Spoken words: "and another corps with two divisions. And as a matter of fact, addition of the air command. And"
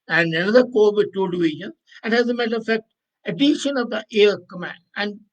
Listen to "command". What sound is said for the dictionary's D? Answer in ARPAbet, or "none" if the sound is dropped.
none